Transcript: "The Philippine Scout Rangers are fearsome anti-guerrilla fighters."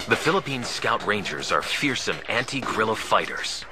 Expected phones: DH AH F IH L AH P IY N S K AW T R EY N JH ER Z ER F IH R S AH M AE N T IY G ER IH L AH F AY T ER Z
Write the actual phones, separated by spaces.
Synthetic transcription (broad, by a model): DH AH F IH L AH P IY N S K AW T R EY N JH ER Z ER F IH R S AH M AE N T IY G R IH L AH F AY T ER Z